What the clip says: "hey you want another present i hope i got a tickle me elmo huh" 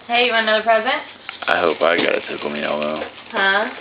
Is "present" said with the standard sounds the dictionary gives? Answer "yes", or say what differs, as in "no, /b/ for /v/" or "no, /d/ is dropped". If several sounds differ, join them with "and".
yes